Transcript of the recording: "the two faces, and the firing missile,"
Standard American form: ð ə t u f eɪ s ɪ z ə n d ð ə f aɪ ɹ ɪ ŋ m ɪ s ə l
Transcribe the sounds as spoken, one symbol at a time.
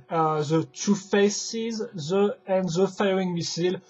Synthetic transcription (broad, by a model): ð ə t u f eɪ s ɪ z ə n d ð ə f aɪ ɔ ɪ ŋ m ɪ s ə l